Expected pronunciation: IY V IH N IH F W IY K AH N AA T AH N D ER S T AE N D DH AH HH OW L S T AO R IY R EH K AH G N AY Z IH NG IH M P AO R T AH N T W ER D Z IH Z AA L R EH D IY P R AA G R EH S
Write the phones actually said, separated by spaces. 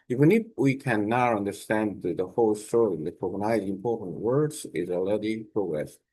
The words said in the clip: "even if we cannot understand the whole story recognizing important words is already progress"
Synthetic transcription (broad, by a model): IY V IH N IH F W IY K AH N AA AH N D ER S T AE N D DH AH HH OW L S T AO R IY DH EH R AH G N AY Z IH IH M P AO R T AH N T W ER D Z IH Z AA L EH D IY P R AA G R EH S